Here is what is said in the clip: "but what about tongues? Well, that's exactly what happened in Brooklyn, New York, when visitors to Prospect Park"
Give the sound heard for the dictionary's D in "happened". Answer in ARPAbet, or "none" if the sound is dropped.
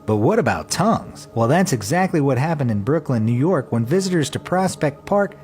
D